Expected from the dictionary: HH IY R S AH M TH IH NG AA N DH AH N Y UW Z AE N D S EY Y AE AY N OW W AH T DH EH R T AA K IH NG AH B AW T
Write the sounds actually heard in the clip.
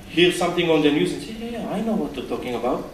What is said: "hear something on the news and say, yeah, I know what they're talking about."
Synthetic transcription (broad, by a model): HH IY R S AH M T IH NG AA N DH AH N Y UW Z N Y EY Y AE AY N OW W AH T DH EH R T AA K IH NG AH B AW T